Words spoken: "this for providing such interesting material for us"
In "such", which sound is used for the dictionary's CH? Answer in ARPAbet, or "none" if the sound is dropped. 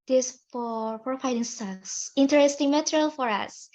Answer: S